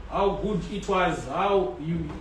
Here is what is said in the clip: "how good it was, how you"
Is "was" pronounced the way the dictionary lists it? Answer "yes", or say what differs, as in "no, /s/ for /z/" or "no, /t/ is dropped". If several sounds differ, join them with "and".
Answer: yes